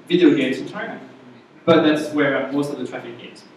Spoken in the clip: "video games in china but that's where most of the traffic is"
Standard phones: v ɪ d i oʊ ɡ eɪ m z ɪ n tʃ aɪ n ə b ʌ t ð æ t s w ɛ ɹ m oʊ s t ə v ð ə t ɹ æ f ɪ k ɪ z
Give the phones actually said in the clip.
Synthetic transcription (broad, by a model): v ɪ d i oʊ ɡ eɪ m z ɪ n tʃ aɪ l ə b ʌ t ð æ t s w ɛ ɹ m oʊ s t ə v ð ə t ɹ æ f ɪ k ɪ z